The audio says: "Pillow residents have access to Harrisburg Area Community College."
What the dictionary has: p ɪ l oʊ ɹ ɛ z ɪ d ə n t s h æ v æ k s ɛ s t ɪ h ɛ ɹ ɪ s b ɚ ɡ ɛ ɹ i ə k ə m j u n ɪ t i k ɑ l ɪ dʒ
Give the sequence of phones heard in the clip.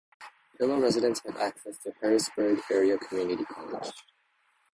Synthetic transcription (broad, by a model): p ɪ l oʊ ɹ ɛ z ɪ d ə n t s h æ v æ k s ɛ s t ɪ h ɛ ɹ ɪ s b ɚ ɡ ɛ ɹ i ə k ə m j u n ɪ t i k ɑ l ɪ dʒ